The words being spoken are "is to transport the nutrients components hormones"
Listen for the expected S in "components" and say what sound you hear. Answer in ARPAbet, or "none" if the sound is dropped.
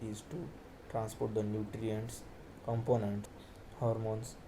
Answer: none